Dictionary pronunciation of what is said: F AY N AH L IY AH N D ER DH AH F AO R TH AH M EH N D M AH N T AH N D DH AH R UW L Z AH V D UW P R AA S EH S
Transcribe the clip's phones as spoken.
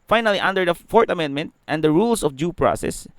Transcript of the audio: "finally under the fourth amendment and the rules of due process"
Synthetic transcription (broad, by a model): F AY N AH L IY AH N D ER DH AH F AO R T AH M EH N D M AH N T AH N D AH R UW L S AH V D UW P R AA S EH S